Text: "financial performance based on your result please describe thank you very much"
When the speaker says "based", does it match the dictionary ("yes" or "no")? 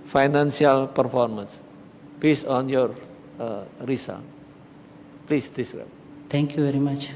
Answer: no